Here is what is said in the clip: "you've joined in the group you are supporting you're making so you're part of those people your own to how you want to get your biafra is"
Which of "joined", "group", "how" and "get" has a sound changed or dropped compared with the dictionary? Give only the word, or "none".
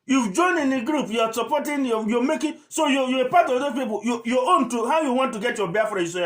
joined